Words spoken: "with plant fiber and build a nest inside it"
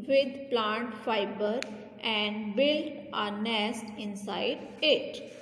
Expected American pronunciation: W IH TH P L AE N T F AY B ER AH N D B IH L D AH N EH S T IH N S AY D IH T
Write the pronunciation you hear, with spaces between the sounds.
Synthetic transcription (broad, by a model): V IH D P L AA N T F AY B ER AH N D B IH L AH N EH S T IH N S AY D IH T